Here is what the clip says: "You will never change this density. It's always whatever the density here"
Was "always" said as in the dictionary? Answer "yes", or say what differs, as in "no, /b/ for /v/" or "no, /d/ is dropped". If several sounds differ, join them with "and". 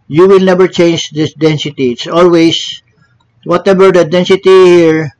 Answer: no, /s/ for /z/